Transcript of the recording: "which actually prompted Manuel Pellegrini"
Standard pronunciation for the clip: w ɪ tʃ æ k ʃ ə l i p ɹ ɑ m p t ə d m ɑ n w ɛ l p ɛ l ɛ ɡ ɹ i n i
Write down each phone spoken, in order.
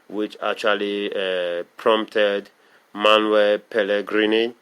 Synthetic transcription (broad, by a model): w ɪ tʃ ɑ k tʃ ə l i p ɹ ɑ m p t ə d m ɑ n w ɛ p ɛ l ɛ ɡ ɹ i n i